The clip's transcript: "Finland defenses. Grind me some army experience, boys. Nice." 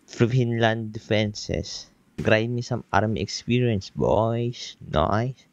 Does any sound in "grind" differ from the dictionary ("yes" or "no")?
yes